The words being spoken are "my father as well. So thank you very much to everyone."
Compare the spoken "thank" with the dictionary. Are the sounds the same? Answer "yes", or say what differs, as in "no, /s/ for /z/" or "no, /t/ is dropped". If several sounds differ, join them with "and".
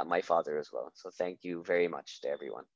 yes